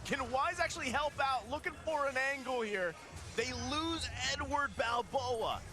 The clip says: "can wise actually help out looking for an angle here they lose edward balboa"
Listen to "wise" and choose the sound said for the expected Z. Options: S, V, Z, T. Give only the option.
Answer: Z